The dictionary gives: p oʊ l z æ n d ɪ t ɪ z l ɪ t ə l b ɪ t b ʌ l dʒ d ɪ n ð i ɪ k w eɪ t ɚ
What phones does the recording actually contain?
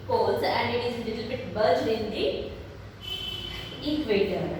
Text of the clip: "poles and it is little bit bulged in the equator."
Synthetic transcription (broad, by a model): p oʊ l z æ n d ɪ t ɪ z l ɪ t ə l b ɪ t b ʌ dʒ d ɪ n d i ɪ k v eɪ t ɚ